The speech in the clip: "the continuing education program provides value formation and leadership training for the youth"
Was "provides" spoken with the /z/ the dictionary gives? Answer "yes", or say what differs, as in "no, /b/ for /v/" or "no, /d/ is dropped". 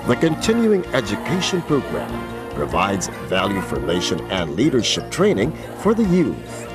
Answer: yes